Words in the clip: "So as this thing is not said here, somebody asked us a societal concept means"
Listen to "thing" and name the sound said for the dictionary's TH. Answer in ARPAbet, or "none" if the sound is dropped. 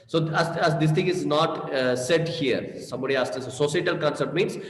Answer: T